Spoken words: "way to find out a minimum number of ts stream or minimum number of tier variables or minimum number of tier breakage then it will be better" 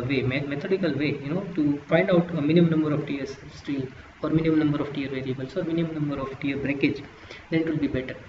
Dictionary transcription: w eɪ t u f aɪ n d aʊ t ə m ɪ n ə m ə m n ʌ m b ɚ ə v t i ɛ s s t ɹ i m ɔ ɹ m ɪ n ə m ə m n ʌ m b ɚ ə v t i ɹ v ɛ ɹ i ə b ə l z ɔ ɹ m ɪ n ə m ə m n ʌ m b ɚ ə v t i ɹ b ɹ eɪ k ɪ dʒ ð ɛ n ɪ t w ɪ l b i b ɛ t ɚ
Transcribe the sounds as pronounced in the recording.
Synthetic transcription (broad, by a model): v eɪ t u f aɪ n d aʊ t ə m ɪ n ə m ə m n ʌ m b ɚ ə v t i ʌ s s t i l ɔ ɹ m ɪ n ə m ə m n ʌ m b ɚ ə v t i ɹ v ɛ ɹ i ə b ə l s ɔ ɹ m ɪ n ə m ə m n ʌ m b ɚ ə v t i ɹ b ɹ eɪ k ɪ dʒ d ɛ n ɪ t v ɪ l b i b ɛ t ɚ